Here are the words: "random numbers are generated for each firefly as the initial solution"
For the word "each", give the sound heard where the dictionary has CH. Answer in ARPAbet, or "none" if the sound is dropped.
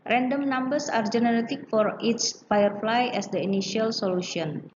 S